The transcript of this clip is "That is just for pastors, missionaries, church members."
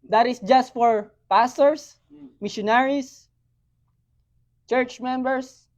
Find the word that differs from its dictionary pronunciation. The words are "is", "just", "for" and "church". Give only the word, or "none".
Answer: is